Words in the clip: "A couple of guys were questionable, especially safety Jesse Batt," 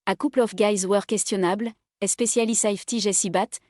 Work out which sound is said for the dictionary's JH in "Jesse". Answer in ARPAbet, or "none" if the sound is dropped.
ZH